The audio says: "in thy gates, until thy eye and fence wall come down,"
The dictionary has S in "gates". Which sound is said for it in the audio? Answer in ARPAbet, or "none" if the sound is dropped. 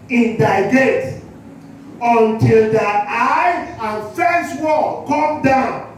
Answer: none